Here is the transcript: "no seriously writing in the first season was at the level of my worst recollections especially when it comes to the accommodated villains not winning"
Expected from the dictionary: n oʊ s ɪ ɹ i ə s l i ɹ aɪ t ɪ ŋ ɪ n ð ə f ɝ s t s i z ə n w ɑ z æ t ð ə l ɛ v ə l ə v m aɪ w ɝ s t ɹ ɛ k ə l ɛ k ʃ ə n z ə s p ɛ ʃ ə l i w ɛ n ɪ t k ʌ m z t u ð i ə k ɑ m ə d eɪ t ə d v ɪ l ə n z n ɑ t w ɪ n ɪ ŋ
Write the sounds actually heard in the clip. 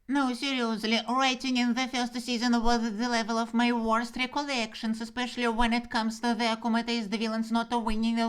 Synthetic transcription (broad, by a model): n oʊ s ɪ ɹ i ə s l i ɹ aɪ t ɪ ŋ ɪ n ð ə f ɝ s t s i z ə n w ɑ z ð ə l ɛ v ə l ə v m aɪ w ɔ s t ɹ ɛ k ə l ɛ k ʃ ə n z ə s p ɛ ʃ ə l i w ɛ n ɪ t k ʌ m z t u ð i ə k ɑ m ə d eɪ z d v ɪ l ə n s n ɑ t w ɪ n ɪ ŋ